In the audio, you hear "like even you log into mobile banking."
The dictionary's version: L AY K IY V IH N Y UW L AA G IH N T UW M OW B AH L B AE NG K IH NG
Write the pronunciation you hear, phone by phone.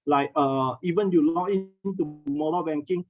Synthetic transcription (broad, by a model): L AY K IY V IH N Y UW L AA IH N T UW M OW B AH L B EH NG K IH NG